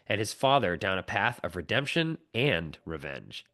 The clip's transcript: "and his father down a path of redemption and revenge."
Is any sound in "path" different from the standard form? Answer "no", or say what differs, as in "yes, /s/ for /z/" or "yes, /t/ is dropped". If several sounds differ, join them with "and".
no